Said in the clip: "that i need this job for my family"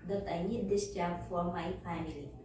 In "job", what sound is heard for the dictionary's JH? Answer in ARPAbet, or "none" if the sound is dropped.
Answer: CH